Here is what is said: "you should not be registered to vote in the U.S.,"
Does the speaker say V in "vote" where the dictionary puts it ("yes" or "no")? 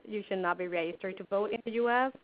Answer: yes